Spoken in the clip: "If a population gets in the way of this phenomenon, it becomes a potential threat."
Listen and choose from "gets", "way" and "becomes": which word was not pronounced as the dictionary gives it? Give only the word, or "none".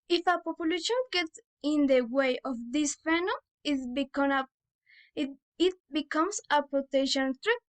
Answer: becomes